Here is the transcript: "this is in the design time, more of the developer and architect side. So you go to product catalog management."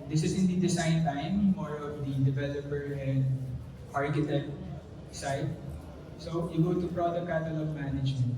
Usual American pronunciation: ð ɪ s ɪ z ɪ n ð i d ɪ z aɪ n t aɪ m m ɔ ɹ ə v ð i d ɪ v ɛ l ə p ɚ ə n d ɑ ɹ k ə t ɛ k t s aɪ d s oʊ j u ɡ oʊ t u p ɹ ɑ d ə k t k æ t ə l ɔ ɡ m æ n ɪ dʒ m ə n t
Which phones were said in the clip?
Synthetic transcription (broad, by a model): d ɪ s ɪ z ɪ n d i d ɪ s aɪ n t aɪ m m ɔ ɹ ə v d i d ɪ v ɛ l ə p ɚ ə n d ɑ ɹ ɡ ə t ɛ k s aɪ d s oʊ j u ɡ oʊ t u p ɹ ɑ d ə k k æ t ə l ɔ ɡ m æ n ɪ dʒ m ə n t